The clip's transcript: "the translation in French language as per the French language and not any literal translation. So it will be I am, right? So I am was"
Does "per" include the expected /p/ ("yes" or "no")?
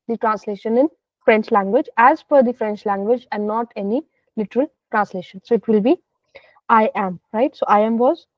no